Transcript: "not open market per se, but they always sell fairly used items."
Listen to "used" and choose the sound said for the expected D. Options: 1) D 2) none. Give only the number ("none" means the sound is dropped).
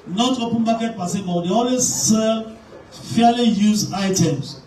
2